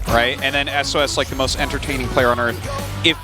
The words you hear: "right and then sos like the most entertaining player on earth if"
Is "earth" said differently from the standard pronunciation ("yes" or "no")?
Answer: no